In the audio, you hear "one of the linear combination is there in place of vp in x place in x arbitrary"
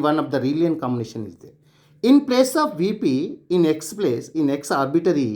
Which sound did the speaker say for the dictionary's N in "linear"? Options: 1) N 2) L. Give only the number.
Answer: 2